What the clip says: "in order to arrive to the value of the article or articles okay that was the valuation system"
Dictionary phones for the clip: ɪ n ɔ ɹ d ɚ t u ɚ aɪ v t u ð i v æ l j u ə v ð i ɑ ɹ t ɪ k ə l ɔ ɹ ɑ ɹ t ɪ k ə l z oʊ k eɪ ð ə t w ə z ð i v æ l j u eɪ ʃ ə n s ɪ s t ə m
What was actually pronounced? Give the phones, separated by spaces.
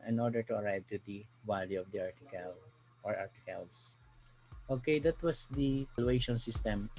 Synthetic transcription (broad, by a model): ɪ n ɔ ɹ d ɚ t u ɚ aɪ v t u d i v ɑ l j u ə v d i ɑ ɹ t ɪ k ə l ɔ ɹ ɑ ɹ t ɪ k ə l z oʊ k eɪ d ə t w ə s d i p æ l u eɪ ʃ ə n s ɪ s t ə m